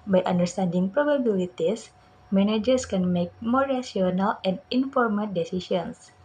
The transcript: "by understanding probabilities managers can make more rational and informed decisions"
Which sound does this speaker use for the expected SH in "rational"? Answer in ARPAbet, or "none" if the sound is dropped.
none